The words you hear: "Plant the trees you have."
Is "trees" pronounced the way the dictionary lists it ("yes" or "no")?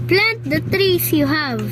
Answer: no